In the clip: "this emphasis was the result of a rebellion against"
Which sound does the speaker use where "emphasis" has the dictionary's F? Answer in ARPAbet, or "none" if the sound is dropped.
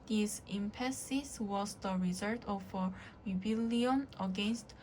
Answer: P